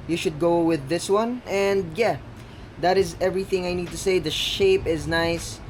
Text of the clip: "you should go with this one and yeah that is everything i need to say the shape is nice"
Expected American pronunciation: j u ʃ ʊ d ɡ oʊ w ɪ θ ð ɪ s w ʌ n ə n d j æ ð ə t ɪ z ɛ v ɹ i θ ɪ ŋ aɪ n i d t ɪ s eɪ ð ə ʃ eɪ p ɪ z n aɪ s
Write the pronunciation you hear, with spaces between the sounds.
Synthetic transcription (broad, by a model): j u ʃ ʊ d ɡ oʊ w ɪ ð ɪ s w ʌ n ə n d j æ ð ə t ɪ z ɛ v ɹ i θ ɪ ŋ aɪ n i d t ɪ s eɪ ð ə ʃ eɪ p ɪ z n aɪ s